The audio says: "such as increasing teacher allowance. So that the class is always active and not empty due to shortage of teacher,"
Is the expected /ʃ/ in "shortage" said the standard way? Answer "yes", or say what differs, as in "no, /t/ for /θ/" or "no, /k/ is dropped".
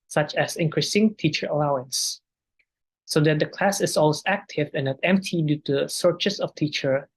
no, /s/ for /ʃ/